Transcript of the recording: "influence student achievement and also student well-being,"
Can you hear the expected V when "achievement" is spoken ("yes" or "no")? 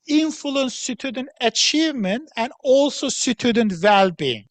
yes